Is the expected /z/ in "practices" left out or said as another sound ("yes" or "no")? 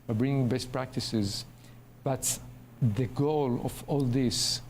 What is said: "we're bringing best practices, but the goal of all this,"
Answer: no